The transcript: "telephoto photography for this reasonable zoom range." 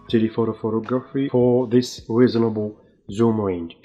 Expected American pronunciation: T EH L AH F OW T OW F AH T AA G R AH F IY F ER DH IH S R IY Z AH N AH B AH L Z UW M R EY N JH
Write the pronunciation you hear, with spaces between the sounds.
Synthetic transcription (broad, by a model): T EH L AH F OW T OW F AH T AA G R AH F IY F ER DH IH S R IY Z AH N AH B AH L Z UW M R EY N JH